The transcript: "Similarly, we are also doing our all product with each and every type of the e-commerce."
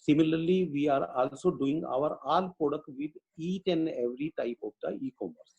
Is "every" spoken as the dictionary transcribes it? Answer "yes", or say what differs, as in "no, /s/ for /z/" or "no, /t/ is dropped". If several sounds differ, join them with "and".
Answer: yes